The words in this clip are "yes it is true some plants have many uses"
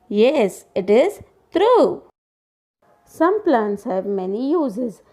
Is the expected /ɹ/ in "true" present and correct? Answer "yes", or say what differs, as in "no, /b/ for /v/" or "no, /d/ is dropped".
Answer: yes